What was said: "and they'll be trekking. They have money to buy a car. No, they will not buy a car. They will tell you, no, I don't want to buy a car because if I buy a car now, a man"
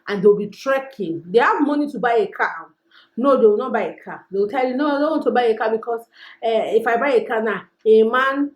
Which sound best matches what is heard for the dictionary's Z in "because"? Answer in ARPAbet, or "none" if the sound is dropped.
S